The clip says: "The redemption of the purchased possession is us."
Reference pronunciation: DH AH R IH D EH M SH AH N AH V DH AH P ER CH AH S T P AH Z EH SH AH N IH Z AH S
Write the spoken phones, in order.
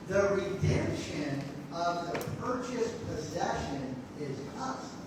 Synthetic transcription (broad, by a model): DH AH R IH D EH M SH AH N AH V DH AH P ER CH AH S P AH Z EH SH AH N IH Z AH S